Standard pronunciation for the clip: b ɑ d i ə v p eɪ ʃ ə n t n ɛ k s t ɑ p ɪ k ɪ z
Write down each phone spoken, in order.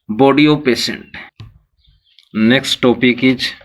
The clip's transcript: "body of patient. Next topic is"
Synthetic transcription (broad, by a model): b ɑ d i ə p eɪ s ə n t n ɛ k s t ɑ p ɪ k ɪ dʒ